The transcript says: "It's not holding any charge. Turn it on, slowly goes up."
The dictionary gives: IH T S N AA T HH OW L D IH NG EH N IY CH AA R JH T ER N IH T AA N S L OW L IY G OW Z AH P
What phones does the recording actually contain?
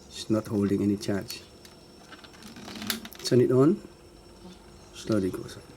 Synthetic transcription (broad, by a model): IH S N AA T HH OW L D IH NG EH N IY CH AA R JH S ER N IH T AA N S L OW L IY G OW S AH